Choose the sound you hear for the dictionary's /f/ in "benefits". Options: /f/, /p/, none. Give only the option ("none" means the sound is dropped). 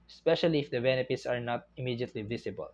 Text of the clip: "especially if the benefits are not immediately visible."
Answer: /p/